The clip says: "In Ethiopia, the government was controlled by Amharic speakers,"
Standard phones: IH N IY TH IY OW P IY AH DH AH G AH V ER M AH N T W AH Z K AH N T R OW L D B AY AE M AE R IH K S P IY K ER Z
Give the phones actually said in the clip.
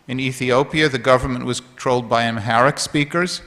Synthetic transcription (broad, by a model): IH N IY TH IY OW P IY AH DH AH G AH V ER M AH N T W AH Z K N T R OW L D B AY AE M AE R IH K S P IY K ER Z